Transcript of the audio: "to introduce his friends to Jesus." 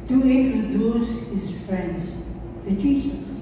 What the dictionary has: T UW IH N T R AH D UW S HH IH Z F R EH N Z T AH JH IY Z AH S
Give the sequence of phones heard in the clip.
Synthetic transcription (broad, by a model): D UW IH T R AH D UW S HH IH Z F R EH N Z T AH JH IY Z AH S